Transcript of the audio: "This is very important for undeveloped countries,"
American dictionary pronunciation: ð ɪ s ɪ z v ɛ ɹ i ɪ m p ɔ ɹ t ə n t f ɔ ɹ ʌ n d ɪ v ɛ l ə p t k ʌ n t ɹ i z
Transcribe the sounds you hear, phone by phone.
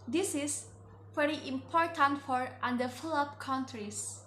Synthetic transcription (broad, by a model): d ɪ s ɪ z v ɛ ɹ i ɪ m p ɔ ɹ t ə n t f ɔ ɹ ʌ n d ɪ f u l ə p k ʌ n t ɹ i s